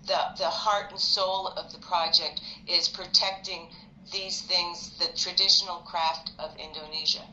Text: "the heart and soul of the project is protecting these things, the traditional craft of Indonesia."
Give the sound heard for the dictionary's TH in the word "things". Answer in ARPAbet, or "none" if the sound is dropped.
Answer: TH